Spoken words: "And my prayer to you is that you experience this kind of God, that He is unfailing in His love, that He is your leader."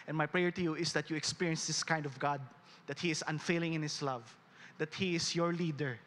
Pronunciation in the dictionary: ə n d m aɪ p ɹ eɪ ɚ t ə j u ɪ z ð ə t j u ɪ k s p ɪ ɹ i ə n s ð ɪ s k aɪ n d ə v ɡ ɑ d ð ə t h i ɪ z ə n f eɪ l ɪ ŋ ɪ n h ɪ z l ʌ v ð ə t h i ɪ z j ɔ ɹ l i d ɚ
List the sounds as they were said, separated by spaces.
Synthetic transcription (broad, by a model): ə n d m aɪ p ɹ eɪ ɚ t ə j u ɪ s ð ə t j u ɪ k s p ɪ ɹ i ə n s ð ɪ s k aɪ n d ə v ɡ ɑ d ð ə t h i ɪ s ə n f eɪ l ɪ ŋ ɪ n h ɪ s l ʌ v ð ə t h i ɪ s j ɔ ɹ l i d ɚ